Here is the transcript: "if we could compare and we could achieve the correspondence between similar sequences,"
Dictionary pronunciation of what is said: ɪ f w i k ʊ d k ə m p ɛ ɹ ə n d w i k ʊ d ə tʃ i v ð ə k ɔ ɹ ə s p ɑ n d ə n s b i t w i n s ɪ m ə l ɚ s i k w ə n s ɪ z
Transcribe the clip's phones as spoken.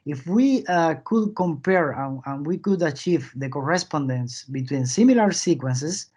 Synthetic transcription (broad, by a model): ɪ f w i k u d k ə m p ɛ ɹ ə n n w i k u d ə tʃ i v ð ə k ɔ ɹ ə s p ɑ n d ə n s b i t w i n s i m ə l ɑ s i k w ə n s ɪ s